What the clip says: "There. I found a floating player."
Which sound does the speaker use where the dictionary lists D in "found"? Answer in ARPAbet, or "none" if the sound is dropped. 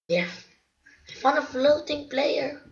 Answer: none